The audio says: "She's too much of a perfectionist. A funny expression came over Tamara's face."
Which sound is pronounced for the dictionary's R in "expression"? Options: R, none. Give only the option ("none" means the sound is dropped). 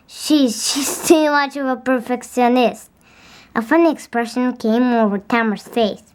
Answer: R